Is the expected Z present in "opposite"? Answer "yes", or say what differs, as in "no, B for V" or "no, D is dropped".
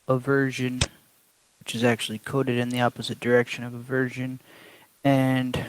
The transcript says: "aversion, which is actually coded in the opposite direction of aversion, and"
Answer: yes